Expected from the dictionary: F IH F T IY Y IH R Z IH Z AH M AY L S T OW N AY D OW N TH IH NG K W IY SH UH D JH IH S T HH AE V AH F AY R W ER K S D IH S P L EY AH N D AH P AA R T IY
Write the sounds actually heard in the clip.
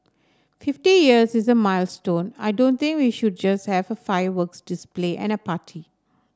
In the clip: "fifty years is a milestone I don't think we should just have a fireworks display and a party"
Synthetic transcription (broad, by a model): F IH F T IY Y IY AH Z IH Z AH M AY L S T OW N AY D OW N T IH NG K W IY SH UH D JH IH S T HH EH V AH F AY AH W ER K S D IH S P L EY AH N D AH P AA T IY